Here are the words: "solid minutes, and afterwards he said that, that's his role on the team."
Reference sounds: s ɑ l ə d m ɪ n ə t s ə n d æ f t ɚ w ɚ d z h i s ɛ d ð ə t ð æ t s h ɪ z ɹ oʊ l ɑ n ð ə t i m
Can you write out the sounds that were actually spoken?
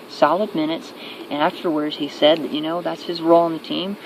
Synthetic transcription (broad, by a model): s ɑ l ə d m ɪ n ə t s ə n æ f t ɚ w ɚ d z h i s ɛ d ð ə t ð æ t s h ɪ z ɹ oʊ l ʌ n ð ə t i m